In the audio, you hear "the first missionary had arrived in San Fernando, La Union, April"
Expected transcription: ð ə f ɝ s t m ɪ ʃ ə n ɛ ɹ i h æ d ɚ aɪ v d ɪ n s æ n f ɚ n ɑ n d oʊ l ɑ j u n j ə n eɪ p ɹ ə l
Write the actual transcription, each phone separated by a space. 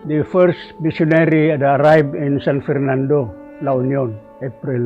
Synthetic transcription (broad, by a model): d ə f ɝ s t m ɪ s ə n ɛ ɹ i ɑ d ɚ aɪ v ɪ n s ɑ n f ɚ n ɑ n d oʊ l ɑ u n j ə n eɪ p ɹ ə l